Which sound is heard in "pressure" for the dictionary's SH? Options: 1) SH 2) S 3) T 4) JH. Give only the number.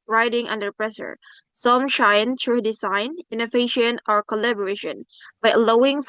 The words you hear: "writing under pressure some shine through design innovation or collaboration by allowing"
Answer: 2